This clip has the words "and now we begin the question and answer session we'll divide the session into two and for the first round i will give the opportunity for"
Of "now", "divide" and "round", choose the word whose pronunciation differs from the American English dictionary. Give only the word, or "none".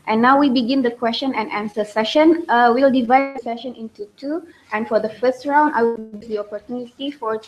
none